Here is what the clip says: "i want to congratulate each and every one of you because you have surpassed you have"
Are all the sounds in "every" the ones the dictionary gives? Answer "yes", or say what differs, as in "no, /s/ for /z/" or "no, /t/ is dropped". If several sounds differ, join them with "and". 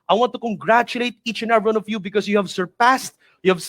no, /ɹ/ is dropped